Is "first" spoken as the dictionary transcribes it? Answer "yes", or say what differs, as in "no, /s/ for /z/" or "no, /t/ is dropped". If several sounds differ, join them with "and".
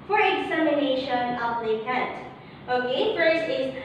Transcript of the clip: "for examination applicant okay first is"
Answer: no, /t/ is dropped